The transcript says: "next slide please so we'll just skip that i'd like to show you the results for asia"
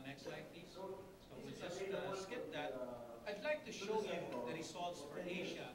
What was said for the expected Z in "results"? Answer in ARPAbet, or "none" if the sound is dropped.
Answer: S